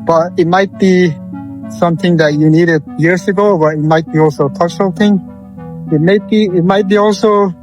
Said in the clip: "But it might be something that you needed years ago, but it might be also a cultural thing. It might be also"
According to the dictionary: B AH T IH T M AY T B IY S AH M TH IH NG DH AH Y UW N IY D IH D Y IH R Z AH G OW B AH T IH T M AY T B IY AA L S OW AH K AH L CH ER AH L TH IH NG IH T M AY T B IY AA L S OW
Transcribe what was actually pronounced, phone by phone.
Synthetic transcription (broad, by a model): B AH T IH T M AY T B IY S AH M TH IH NG DH AH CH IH N IY D IH D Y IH R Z AH G OW B AH T IH T M AY T B IY AA L S OW AH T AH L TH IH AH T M IH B IH T M AY T B IY AA L S OW